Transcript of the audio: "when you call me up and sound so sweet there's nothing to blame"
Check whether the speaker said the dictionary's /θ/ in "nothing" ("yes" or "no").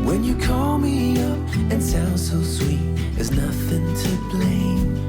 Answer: yes